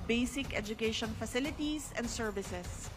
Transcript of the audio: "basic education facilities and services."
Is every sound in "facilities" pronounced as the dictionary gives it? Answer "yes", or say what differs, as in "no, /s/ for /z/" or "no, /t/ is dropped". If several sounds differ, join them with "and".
no, /s/ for /z/